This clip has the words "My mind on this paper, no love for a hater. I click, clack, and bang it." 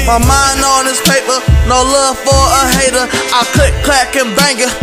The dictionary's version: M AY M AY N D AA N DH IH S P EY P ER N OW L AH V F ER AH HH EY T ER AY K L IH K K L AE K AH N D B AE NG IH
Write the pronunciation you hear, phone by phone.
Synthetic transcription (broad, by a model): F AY M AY N AA N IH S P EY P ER N OW L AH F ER AH HH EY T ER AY K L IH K K L AE K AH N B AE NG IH